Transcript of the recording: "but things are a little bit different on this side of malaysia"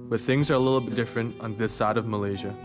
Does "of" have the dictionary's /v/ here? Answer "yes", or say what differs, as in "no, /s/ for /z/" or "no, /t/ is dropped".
yes